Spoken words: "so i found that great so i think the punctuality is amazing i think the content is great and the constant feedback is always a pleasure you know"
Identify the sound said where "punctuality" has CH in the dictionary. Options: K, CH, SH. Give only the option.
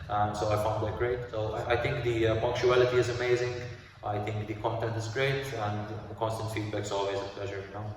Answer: CH